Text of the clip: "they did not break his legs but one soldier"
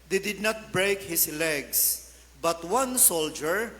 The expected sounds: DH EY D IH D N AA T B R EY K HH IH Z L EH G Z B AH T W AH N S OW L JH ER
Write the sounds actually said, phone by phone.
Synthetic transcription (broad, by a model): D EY D IH D N AA T B R EY K HH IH S L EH G S B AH T W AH N S OW L JH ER